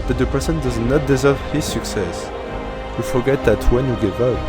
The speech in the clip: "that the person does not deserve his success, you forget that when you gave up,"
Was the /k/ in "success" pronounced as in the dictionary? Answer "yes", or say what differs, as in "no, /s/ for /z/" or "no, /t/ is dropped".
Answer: yes